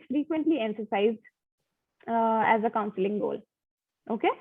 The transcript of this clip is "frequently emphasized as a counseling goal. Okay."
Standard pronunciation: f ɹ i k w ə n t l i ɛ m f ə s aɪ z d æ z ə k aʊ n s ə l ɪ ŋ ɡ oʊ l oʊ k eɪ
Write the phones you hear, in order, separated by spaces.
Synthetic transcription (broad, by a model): f ɹ i k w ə n t l i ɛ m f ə s aɪ z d æ z ə k aʊ n s ə l ɪ ŋ ɡ oʊ l oʊ k eɪ